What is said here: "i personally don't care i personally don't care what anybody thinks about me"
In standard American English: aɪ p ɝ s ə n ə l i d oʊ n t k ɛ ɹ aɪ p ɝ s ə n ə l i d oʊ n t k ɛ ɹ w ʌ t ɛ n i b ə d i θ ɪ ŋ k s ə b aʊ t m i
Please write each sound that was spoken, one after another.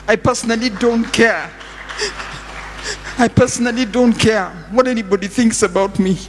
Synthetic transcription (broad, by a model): aɪ p ɝ s ə n ə l i d oʊ n t k ɛ ɹ aɪ p ɝ s ə n ə l i d oʊ n t k ɛ ɹ w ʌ t ɛ n i b ə d i θ ɪ ŋ k s ə b aʊ t m i